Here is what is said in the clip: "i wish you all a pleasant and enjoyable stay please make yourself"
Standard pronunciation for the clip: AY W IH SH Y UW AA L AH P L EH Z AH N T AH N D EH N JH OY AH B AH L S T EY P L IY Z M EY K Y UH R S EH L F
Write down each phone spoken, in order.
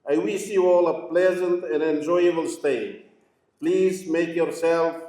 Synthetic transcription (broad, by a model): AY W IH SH Y UW AA L AH P L EH Z AH N T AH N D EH N JH OY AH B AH L S T EY P L IY Z M EY K Y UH R S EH L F